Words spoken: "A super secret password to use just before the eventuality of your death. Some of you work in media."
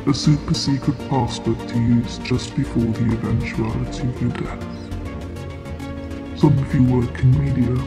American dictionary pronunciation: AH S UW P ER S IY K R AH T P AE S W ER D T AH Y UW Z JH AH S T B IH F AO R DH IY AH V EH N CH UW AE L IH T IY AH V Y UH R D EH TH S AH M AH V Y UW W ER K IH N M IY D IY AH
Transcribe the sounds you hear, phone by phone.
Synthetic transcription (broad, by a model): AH S UW P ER S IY K R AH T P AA S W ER T AH Y UW Z JH AH S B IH F AO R DH IY AH V EH N CH UW AE L IH T IY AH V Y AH D EH TH S AH M AH V Y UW W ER K IH N M IY D IY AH